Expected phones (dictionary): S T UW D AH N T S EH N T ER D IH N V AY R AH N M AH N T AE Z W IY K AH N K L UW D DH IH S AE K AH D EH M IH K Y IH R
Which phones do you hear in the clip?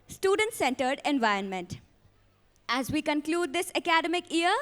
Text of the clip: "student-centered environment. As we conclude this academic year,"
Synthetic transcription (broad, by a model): S T UW D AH N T S EH N T ER D IH N V AY R AH N M AH N T AE Z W IY K AH N K L UW D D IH S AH K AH D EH M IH K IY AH R